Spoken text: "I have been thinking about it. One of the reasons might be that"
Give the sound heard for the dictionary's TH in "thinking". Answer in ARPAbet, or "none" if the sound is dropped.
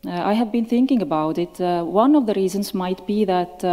TH